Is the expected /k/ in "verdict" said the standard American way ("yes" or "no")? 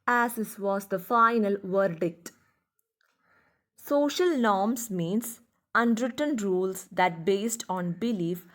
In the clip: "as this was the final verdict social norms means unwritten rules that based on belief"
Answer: yes